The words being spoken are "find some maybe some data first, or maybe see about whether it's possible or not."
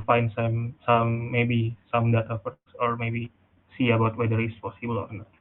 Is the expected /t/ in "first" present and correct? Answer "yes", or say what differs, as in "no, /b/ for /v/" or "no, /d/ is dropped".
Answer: no, /t/ is dropped